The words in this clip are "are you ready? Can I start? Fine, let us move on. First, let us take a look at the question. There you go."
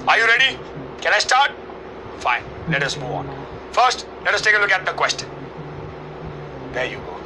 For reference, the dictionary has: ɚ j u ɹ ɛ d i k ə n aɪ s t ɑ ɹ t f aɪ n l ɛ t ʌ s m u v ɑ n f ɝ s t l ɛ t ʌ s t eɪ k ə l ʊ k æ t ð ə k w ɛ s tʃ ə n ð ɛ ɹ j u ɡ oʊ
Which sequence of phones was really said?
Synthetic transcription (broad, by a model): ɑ j u ɹ ɛ d i k ə n aɪ s t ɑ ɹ t f aɪ n l ɛ t ʌ s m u ɑ n f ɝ s t l ɛ t ʌ s t eɪ k ə l ʊ k æ t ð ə k w ɛ s tʃ ə n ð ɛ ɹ j u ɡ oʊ